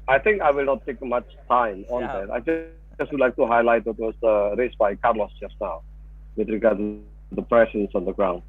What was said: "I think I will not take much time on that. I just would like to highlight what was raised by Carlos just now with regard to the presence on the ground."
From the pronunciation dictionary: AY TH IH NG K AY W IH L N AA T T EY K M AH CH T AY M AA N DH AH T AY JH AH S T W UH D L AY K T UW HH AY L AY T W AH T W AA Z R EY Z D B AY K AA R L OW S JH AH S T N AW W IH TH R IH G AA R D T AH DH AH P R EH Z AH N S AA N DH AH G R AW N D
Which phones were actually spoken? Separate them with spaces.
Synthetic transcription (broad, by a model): AY T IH NG K AY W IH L N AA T T EY K M AH CH T AY M AA N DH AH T AY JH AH S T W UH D L AY K T UW HH AY L AY T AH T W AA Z R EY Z B AY K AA R L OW S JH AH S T N AW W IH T R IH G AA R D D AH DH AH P R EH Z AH N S AA N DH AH G R AW N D